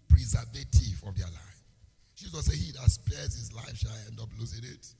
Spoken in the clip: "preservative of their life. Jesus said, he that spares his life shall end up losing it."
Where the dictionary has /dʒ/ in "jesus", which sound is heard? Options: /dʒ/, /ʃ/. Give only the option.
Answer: /ʃ/